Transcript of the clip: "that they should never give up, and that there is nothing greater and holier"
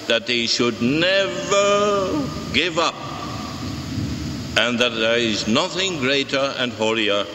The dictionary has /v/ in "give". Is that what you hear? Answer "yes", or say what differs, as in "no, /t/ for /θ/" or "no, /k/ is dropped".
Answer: yes